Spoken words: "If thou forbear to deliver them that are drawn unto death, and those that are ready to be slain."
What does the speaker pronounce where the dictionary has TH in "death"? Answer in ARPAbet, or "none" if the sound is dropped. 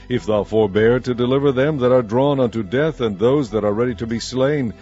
TH